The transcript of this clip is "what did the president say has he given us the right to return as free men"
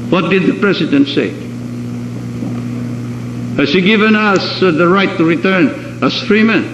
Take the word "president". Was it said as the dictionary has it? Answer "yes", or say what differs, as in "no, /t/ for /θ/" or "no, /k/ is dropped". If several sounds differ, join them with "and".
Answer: no, /s/ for /z/